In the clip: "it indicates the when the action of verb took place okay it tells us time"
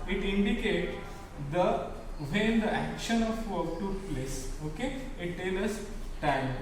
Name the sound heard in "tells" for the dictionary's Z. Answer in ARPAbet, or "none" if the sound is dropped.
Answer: none